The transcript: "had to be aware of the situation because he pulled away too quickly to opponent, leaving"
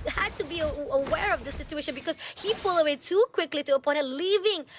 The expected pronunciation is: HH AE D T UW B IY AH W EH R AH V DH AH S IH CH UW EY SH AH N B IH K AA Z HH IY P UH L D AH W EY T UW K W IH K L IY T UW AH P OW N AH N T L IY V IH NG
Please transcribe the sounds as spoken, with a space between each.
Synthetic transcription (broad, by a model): HH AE D T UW B IY AH W EH R AH V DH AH S IH CH UW EY SH AH N B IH K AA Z HH IY F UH L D AH W EY T UW K W IH K L IY T UW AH P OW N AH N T L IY V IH NG